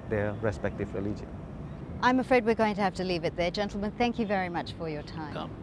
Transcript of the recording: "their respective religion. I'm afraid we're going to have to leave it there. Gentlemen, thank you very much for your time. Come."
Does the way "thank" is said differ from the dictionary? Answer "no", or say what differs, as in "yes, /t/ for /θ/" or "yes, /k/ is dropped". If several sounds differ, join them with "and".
no